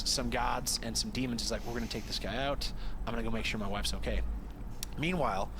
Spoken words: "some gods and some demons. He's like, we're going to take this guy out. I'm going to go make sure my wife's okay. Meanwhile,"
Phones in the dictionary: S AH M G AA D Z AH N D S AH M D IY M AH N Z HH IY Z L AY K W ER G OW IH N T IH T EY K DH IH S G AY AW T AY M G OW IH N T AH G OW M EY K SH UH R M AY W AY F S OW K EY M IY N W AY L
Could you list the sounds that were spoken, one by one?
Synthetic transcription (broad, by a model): S AH M G AA D Z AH N S AH M D IY M AH N Z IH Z L AY K W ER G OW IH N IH T EY K DH IH S G AY AW T AY M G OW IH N G OW M EY K SH UH R M AY W AY F S OW K EY M IY N W AY L